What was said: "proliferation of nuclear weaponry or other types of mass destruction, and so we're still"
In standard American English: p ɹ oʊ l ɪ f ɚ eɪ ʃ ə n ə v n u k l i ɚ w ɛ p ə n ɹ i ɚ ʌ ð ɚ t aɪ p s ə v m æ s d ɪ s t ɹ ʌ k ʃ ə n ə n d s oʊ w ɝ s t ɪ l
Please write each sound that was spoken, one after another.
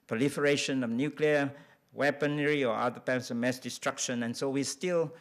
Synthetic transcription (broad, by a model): p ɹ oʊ l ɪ f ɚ eɪ ʃ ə n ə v n u k l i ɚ w ɛ p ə n ɹ i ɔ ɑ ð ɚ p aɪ s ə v m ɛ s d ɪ s t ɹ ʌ k ʃ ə n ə n s oʊ w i s t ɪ l